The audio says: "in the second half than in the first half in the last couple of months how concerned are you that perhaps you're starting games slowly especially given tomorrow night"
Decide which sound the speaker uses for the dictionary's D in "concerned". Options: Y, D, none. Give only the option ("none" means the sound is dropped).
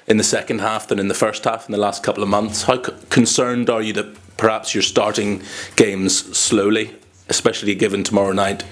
D